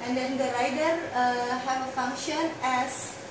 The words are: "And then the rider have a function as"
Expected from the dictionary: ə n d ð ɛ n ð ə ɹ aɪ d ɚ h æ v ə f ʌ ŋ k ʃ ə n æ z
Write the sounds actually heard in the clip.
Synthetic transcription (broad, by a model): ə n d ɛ n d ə ɹ aɪ d ɚ h æ v ə f ʌ ŋ k ʃ ə n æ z